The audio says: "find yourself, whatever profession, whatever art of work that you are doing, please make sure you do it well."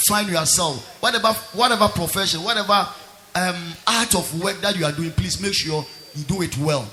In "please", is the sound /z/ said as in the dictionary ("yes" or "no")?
no